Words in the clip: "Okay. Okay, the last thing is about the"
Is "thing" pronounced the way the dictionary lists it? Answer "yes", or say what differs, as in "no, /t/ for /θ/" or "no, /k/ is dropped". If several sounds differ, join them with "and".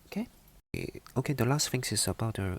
no, /f/ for /θ/